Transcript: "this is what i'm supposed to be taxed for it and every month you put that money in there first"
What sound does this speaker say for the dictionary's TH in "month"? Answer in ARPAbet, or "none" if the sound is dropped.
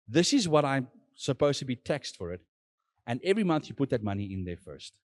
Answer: TH